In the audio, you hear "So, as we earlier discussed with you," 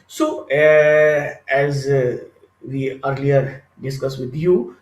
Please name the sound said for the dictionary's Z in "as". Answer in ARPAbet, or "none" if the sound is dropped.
Z